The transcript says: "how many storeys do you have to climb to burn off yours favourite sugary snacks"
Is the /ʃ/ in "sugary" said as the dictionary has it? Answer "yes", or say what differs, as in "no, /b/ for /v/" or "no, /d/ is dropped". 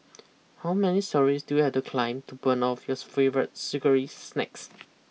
no, /s/ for /ʃ/